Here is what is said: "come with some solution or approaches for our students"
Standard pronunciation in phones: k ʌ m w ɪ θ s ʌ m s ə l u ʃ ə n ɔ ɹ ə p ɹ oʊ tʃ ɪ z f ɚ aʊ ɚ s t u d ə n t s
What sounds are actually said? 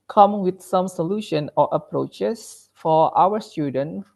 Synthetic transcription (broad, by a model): k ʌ m w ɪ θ s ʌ m s ə l u ʃ ə n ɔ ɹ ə p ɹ oʊ tʃ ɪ s f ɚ aʊ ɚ s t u d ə n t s